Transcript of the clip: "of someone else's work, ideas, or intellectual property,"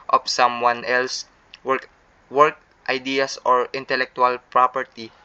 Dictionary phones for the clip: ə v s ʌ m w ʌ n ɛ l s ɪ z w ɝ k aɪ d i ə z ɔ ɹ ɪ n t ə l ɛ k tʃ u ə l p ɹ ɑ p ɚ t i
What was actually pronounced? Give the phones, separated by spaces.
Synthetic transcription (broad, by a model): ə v s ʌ m w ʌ n ɛ l s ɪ w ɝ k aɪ d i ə s ɔ ɹ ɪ n t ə l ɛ k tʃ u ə l p ɹ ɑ p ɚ t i